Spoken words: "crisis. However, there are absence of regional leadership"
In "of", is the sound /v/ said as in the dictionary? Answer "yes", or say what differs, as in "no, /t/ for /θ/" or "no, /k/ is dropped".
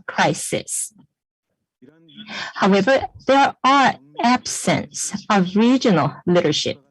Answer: yes